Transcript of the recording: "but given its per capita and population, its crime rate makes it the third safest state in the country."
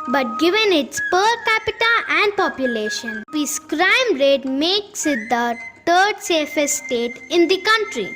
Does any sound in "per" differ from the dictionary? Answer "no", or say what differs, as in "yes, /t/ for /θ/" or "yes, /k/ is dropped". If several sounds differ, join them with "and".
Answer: no